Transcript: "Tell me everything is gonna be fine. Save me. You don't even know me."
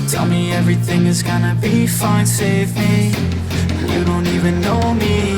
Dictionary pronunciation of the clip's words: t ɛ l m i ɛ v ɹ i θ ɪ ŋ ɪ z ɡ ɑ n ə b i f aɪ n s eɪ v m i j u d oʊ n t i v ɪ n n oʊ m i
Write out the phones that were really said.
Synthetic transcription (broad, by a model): t ɛ l m i ɛ v ɹ i θ ɪ ŋ ɪ z ɡ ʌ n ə b i f aɪ n s eɪ v m i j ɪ d oʊ n t i v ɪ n n oʊ m i